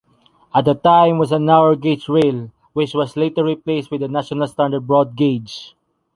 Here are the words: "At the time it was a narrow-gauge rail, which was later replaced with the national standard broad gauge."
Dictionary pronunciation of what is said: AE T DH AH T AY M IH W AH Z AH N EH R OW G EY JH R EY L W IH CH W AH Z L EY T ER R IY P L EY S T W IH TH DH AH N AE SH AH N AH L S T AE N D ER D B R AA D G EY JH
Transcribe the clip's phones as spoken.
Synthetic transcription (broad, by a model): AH T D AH T AY M W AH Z AH N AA W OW G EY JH R EY L W IH CH W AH S L EY T ER R IY P L EY S T W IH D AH N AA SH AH N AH L S T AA N D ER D B R AA D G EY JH